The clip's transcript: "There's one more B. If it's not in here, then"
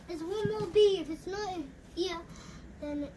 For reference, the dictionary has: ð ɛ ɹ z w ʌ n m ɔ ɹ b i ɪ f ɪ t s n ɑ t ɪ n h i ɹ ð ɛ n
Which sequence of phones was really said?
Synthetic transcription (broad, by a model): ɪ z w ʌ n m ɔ l b i ɪ f ɪ t s n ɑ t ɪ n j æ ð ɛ n